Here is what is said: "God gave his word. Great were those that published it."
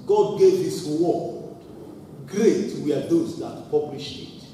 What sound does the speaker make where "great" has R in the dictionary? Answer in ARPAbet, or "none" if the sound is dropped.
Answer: R